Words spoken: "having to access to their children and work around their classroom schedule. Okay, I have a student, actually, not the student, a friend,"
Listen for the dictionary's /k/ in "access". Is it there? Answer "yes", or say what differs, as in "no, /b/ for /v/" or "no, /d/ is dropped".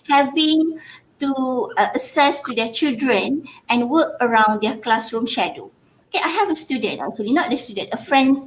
no, /k/ is dropped